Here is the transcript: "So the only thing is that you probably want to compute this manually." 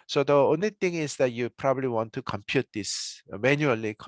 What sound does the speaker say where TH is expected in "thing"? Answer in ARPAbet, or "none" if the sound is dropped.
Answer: T